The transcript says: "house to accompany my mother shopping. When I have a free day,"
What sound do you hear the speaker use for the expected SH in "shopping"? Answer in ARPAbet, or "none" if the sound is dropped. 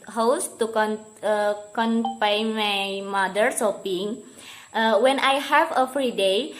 S